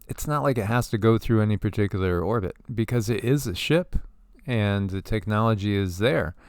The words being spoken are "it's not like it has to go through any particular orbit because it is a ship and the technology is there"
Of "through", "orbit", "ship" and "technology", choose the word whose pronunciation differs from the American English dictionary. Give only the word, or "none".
none